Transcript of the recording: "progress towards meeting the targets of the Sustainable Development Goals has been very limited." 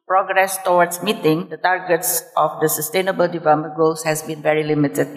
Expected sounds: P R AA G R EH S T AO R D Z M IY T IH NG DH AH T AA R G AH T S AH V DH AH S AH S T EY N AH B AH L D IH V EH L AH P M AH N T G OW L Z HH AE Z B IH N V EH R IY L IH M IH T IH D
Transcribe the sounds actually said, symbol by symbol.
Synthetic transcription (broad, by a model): P R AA G R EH S T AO W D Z M IY T IH NG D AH T AA R G AH T S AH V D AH S AH S T EY N AH B AH L D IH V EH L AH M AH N G OW L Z HH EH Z B IH N V EH R IY L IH M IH T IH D